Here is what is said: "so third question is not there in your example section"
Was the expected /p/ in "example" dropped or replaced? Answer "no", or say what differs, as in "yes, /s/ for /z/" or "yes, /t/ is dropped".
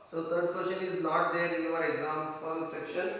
yes, /f/ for /p/